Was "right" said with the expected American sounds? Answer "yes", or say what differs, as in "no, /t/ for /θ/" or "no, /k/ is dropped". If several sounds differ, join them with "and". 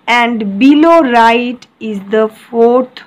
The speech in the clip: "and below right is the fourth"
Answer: yes